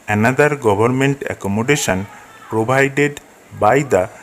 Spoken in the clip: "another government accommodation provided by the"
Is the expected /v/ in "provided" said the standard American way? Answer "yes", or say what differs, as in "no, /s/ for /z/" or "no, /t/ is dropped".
no, /b/ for /v/